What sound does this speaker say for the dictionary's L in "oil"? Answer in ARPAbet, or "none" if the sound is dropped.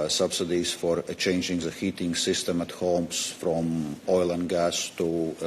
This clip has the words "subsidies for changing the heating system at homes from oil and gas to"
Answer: L